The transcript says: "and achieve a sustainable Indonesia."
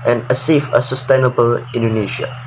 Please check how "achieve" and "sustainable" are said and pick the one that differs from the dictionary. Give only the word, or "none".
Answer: achieve